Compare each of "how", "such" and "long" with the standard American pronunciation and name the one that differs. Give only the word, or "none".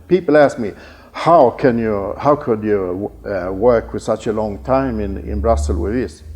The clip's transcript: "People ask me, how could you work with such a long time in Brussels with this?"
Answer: none